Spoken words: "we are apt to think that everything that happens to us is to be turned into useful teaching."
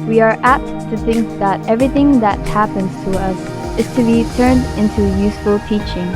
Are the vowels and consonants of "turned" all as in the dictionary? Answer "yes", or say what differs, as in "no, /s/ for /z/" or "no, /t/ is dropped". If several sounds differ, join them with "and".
yes